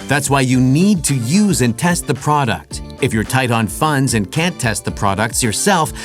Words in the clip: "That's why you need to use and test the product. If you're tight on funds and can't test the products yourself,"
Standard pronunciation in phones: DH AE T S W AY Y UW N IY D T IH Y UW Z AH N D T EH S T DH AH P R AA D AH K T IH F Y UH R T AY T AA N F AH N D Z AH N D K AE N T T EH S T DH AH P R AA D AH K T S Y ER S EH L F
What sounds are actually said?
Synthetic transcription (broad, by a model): DH AE T S W AY Y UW N IY D T IH Y UW Z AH N T EH S T DH AH P R AA D AH K T IH F Y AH R T AY T N F AH N D Z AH N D K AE N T T EH S T DH AH P R AA D AH K T S Y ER S EH L F